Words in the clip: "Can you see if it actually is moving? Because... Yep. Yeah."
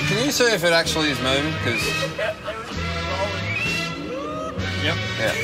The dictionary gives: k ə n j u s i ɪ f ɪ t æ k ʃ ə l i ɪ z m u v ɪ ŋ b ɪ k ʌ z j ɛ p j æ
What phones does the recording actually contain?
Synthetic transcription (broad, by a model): k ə n j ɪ s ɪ ɪ f ɪ t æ k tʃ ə l i ɪ z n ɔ ɪ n k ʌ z j ɛ p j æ